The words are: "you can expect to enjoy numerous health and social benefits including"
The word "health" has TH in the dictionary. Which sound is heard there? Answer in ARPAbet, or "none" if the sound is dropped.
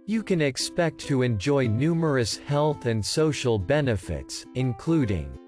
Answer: TH